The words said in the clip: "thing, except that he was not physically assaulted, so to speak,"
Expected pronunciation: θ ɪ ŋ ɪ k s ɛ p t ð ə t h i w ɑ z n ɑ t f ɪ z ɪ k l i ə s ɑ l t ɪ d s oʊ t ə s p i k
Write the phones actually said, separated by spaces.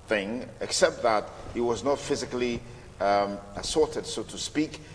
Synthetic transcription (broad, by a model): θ ɪ ŋ ɪ k s ɛ p t ð ə t h i w ɑ z n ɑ t f ɪ z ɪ k l i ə s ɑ t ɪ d s oʊ t ə s p i k